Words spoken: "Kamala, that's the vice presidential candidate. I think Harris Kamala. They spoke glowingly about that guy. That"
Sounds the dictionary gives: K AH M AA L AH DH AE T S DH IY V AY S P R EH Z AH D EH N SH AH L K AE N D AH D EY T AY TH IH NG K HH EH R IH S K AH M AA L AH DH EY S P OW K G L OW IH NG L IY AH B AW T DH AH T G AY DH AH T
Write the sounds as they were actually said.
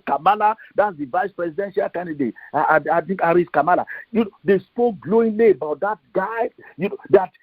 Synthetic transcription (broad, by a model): K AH M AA L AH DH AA T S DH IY V AY S P R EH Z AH D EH N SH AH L K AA N D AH D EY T AY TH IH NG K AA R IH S K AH M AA L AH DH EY S P OW K G L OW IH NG L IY AH B AW T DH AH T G AY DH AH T